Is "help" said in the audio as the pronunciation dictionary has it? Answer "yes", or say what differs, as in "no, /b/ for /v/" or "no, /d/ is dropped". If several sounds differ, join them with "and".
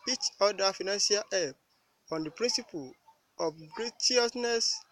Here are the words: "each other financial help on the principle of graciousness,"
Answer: no, /l/ is dropped